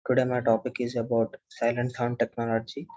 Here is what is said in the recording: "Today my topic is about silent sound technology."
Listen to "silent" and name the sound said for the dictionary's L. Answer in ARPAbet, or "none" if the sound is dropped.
L